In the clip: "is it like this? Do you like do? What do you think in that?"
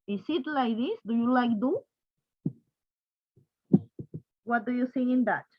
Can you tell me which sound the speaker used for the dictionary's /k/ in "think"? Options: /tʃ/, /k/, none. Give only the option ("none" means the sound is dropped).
none